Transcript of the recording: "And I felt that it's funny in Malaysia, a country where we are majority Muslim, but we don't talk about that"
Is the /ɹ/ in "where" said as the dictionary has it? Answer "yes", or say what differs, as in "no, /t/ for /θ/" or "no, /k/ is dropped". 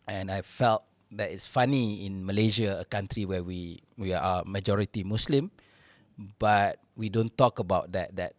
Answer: no, /w/ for /ɹ/